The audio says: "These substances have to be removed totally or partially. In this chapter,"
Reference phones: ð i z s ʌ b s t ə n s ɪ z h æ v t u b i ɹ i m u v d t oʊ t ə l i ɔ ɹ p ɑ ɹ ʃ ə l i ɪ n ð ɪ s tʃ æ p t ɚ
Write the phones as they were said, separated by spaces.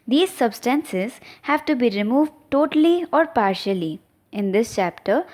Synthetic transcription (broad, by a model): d i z s ʌ b s t ə n s ɪ z h æ v t u b i ɹ i m u v d t oʊ t ə l i ɔ ɹ p ɑ ɹ ʃ ə l i ɪ n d ɪ s tʃ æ p t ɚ